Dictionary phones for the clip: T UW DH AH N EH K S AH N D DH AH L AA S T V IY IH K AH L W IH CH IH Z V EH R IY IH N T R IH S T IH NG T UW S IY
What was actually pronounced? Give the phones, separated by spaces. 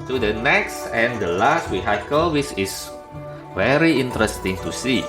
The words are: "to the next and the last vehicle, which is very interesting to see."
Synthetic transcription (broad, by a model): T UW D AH N EH K S AH N D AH L AA S T W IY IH K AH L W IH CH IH S V EH R IY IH N T R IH S T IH NG T UW S IY